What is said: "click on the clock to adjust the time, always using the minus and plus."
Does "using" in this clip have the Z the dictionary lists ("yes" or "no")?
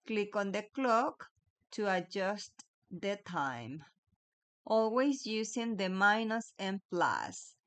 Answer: no